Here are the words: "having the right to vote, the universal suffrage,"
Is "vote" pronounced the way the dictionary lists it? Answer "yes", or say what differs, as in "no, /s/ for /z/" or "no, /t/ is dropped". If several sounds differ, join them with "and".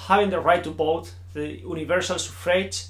no, /b/ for /v/